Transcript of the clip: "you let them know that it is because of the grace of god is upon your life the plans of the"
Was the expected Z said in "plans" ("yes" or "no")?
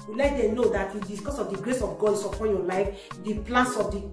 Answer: no